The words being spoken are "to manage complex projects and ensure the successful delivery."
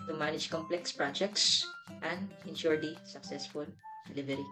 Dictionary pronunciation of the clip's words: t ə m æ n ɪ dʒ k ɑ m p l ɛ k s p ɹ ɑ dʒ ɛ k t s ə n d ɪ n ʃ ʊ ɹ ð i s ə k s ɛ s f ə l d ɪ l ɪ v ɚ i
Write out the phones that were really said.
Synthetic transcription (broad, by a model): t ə m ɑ n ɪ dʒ k ɑ m p l ɛ k s p ɹ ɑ dʒ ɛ k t s ə n d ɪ n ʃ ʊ ɹ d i s ə k s ɛ s f ə l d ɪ l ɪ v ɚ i